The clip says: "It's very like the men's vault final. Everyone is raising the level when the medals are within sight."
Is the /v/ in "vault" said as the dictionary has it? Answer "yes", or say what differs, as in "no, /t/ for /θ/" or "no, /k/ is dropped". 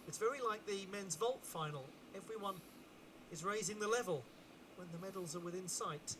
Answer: yes